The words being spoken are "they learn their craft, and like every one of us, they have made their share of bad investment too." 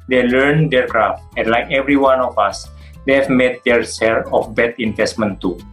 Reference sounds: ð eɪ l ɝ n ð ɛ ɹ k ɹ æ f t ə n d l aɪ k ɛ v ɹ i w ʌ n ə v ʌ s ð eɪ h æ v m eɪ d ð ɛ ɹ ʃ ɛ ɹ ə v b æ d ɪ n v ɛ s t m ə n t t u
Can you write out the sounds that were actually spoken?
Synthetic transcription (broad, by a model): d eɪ l ɝ n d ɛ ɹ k ɹ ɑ f t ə n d l aɪ k ɛ v ɹ i w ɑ n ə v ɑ s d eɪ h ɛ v m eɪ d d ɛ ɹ s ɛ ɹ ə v b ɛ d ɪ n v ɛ s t m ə n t t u